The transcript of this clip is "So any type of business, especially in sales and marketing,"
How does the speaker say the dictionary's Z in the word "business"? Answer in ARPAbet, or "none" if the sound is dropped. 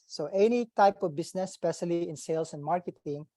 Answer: S